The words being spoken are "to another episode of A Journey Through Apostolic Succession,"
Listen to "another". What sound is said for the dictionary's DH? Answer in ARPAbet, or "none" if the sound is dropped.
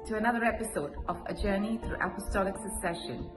DH